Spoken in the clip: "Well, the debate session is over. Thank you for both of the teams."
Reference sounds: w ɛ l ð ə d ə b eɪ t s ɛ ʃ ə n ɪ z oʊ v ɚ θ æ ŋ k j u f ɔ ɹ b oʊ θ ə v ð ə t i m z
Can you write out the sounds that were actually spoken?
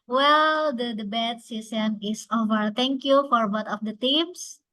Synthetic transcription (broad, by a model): w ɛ l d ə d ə b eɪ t s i s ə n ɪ s oʊ v ɚ t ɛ ŋ k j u f ɔ ɹ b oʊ t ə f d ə t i m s